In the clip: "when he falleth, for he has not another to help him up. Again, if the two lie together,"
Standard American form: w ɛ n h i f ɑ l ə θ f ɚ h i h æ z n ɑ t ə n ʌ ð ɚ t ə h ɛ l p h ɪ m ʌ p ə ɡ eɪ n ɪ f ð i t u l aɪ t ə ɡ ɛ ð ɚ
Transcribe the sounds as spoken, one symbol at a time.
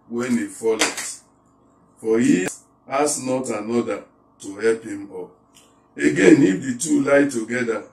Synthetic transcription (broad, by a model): w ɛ n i f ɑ l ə t f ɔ h i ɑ s n ɑ t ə n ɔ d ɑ t ə h ɛ l p h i m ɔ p ə ɡ eɪ n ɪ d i t u l aɪ t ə ɡ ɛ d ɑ